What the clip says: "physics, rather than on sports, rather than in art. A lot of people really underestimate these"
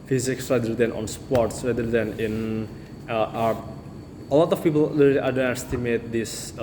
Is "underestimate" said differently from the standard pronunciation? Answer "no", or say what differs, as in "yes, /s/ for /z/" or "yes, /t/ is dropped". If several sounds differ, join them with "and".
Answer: yes, /n/ is dropped